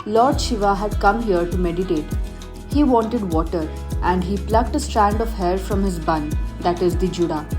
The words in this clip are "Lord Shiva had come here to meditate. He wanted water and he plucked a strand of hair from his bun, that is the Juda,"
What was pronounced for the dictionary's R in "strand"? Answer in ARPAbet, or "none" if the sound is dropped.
R